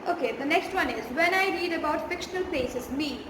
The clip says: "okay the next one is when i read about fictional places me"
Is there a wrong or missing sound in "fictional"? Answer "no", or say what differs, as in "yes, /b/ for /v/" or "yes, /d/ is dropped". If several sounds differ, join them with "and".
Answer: no